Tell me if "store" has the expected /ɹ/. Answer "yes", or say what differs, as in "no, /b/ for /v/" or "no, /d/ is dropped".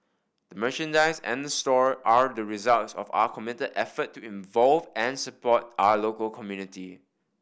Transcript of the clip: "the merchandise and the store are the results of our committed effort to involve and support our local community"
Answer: yes